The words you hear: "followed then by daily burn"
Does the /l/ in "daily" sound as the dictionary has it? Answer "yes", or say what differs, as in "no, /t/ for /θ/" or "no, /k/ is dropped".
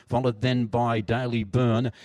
yes